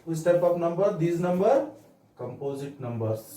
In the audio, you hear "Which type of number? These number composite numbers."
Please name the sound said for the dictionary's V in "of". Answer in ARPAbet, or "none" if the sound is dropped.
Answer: P